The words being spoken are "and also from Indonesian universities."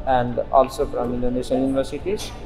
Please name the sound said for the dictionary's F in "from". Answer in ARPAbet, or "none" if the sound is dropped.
P